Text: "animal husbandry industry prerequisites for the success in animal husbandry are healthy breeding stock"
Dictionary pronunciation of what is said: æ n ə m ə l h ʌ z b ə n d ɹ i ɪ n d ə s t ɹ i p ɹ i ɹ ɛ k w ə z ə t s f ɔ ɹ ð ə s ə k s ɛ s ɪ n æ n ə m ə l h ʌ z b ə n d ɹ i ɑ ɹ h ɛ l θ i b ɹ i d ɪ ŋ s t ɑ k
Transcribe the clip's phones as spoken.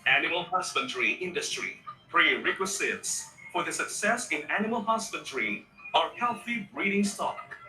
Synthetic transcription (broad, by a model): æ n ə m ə l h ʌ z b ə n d ɹ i ɪ n d ə s t ɹ i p ɹ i ɹ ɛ k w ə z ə t s f ɔ ɹ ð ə s ə k s ɛ s ɪ n æ n ə m ə l h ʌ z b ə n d ɹ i ɑ ɹ h ɛ l θ i b ɹ i d ɪ ŋ s t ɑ k